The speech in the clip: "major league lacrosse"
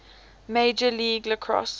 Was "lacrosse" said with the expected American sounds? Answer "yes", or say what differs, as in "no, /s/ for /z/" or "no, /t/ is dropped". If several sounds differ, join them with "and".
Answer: yes